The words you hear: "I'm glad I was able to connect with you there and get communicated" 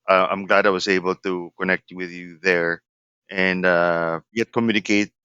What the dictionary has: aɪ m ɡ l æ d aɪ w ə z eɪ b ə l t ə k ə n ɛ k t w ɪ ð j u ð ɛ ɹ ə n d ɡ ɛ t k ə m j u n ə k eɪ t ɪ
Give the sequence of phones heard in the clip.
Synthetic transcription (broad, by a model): aɪ m ɡ l æ d aɪ w ə z eɪ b l t ə k ə n ɛ k t w ɪ ð j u ð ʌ ɹ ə n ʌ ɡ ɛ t k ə m j u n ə k eɪ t